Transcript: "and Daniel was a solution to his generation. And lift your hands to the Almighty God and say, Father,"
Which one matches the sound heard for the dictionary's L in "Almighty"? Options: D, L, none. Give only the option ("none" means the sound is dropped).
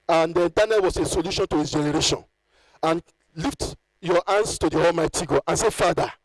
L